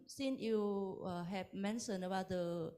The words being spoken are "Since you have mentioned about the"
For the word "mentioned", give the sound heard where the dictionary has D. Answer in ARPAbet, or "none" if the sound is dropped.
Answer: none